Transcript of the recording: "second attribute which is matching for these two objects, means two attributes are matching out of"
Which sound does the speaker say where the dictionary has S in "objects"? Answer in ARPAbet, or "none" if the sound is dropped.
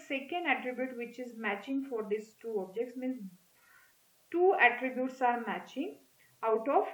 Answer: S